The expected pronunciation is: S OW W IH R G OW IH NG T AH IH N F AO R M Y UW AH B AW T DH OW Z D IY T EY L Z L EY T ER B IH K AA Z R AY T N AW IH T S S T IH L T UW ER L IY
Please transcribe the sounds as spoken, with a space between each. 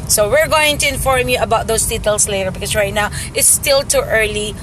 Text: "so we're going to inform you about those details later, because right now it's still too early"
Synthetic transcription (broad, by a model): S OW W IH R G OW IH NG T AH IH N F AO R M Y UW AH B AW T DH OW S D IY T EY L S L EY T ER B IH K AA S R AY T N AW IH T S S T IH L T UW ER L IY